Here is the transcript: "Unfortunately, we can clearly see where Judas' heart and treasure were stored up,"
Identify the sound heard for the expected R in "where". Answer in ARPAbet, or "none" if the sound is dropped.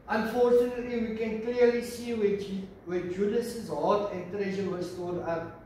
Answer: W